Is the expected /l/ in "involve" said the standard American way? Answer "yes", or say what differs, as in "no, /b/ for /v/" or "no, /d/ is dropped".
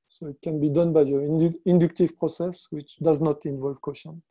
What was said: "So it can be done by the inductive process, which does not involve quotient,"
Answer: yes